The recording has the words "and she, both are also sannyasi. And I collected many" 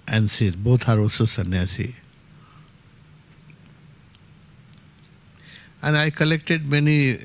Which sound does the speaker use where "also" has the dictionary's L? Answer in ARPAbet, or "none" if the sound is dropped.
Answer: none